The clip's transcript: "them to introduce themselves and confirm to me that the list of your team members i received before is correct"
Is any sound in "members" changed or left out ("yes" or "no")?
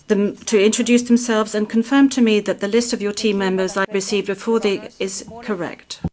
no